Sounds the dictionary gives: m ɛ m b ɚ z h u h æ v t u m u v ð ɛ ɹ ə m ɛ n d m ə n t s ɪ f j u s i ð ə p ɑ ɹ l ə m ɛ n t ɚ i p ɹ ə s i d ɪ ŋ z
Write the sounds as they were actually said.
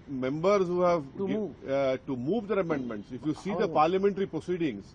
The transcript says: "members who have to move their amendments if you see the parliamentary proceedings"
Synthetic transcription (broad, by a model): m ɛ m b ɚ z h u h æ v t u m u v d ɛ ɹ ə m ɛ n d m ə n t s ɪ f j u s i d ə p ɑ ɹ l ə m ɛ n t ɚ i p ɹ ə s i d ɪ ŋ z